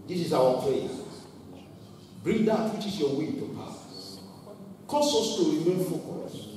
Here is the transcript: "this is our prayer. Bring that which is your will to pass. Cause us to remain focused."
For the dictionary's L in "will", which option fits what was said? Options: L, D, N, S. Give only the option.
N